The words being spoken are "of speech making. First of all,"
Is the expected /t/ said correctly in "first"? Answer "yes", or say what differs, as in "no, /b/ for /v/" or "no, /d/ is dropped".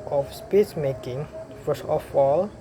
no, /t/ is dropped